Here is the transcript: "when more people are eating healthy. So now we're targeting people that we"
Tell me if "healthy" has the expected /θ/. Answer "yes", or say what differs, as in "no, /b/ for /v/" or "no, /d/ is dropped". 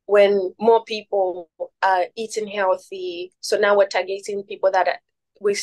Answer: yes